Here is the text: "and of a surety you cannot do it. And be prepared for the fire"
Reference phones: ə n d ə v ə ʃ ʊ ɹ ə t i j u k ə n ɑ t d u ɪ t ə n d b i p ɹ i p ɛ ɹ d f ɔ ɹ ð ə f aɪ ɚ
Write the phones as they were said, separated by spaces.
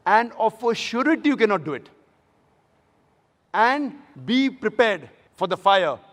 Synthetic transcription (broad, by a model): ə n d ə f ə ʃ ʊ ɹ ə t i j u k ə n ɑ t d u ɪ t ə n d b i p ɹ i p ɛ ɹ d f ɔ ɹ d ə f aɪ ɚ